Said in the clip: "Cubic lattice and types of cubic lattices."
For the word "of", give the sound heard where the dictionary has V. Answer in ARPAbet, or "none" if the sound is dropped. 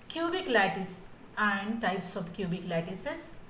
B